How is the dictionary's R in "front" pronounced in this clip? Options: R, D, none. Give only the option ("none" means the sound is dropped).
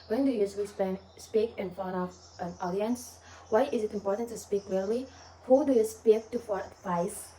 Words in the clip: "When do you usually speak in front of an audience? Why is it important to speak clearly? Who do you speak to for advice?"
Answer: none